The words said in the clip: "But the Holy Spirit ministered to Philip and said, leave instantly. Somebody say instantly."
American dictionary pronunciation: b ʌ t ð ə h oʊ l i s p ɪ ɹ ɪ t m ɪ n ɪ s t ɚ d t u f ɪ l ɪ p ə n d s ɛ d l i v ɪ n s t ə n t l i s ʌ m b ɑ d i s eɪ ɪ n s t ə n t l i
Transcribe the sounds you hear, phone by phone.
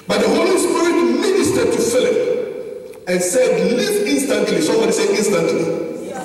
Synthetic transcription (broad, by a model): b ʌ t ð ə h oʊ l i s p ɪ ɹ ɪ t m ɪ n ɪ s t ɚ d t u f ɪ l ɪ p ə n s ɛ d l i ɪ n s t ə n t l i s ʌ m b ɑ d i s eɪ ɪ n s t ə n t l i